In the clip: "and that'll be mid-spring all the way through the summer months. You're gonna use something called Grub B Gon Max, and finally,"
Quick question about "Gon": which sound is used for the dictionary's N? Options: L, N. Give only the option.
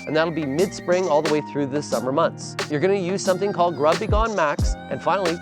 N